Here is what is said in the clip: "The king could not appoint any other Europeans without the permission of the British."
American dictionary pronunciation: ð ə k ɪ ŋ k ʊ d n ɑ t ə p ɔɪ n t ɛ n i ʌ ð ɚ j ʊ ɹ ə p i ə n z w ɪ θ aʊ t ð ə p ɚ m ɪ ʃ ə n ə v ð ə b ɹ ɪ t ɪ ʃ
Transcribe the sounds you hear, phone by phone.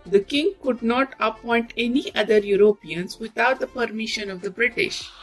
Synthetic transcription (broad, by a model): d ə k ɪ ŋ k ʊ d n ɑ t ə p ɔɪ n t ɛ n i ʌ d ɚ j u ɹ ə p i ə n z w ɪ t aʊ t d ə p ɚ m ɪ ʃ ə n ə v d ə b ɹ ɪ t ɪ ʃ